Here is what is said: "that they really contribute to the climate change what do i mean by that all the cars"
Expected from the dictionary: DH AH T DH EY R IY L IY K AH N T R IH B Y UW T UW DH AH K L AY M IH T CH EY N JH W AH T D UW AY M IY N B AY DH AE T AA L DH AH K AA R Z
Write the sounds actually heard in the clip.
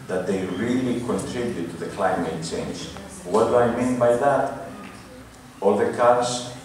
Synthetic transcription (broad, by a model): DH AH T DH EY R IY L IY K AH N T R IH B Y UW T UW DH AH K L AY M IH T CH EY N JH W AH T D UW AY M IY N B AY DH AE T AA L DH AH K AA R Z